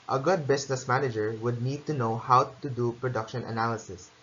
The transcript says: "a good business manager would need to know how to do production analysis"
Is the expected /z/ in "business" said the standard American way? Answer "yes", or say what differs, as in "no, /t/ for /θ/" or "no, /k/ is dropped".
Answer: no, /s/ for /z/